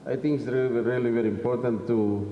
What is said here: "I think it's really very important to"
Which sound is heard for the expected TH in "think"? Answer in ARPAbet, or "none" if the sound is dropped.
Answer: T